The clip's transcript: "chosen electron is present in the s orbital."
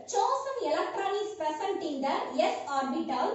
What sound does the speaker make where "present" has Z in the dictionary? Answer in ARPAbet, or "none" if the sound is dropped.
S